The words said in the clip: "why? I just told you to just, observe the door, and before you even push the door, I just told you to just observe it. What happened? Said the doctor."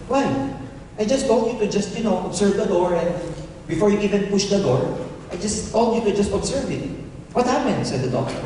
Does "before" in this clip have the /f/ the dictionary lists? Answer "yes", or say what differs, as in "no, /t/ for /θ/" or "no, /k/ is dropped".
yes